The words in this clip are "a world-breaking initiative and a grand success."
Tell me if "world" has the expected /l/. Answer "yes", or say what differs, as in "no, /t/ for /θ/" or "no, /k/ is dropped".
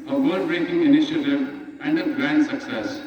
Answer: no, /l/ is dropped